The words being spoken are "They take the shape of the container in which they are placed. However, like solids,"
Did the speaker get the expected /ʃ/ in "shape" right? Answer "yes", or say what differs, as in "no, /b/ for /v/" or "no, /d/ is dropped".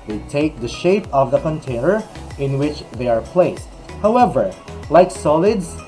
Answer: yes